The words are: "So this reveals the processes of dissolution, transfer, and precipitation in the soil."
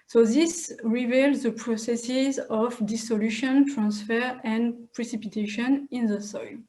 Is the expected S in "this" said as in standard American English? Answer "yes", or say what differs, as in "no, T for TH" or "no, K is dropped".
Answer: yes